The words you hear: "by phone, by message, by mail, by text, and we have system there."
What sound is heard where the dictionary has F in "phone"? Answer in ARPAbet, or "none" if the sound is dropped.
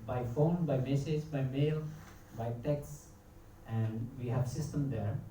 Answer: F